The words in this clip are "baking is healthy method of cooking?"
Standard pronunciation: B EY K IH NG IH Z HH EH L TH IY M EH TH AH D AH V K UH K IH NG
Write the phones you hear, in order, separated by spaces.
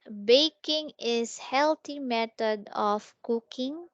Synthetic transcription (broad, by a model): B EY K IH NG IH S HH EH L T IY M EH T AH D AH F K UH K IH NG